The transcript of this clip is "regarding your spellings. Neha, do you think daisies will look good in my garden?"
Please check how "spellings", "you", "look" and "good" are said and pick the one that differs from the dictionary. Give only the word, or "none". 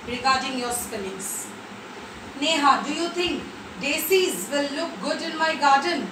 spellings